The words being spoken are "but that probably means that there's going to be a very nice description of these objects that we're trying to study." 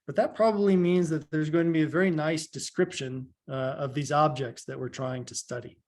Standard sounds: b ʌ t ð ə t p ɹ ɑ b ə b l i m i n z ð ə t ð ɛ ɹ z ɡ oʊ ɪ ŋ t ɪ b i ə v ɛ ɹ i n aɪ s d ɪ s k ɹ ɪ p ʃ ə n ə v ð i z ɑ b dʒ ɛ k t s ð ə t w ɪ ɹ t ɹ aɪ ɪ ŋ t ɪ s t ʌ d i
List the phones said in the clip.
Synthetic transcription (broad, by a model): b ʌ t ð ə t p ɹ ɑ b ə b l i m i n z ð ə t ð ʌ ɹ z ɡ oʊ ɪ ŋ t ɪ b i ə v ɛ ɹ i n aɪ s d ɪ s k ɹ ɪ p ʃ ə n ə v ð i z ɑ b dʒ ɛ k t s ð ə t w ɪ ɹ t ɹ aɪ ɪ ŋ t ɪ s t ʌ d i